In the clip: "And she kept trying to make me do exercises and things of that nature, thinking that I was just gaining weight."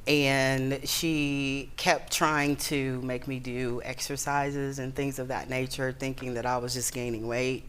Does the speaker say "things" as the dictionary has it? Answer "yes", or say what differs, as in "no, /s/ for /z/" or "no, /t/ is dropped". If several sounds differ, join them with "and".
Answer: yes